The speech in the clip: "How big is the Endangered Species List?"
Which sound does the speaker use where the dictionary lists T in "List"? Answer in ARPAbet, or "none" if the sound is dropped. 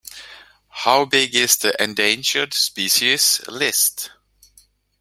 T